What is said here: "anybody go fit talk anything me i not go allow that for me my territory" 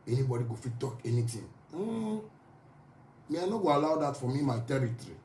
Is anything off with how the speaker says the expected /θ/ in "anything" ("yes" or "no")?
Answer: yes